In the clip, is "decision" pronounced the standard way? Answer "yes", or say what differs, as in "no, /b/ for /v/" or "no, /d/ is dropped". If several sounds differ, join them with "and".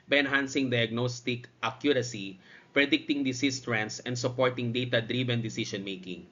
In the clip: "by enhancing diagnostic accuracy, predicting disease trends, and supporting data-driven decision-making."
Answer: no, /ʃ/ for /ʒ/